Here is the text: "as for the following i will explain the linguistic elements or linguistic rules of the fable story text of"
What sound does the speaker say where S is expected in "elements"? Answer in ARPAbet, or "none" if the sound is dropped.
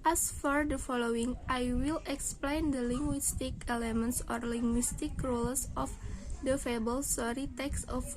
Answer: S